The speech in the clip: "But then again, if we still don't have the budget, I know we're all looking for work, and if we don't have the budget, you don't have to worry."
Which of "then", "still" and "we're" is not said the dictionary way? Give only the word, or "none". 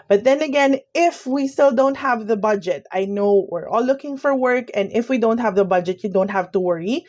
none